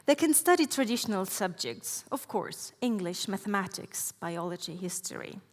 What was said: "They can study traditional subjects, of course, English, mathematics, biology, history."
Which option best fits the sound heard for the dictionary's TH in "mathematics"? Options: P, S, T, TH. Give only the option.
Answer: TH